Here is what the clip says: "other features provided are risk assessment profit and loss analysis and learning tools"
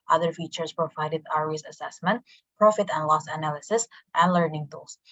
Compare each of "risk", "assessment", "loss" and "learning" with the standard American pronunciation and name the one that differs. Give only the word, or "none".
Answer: risk